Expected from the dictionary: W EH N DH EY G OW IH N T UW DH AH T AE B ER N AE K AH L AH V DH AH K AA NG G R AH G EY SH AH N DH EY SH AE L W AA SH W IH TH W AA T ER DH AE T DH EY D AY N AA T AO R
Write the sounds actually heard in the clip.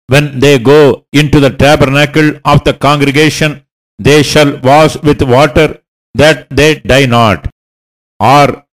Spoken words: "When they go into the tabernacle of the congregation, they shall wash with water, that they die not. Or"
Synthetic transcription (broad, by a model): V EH N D EY G OW IH N T UW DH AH T AE B ER N AE K AH L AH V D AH K AA NG G R AH G EY SH AH N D EY SH AE L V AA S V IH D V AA T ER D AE T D EY D AY N AA T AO R